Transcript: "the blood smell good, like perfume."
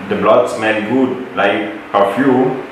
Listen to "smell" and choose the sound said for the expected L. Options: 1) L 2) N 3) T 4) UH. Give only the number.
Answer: 2